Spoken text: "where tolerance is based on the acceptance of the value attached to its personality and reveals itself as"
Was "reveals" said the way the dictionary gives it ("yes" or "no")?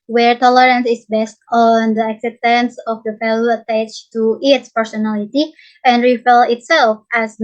no